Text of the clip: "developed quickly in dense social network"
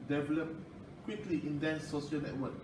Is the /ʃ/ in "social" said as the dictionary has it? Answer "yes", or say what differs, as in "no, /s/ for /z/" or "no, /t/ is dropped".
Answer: no, /ʃ/ is dropped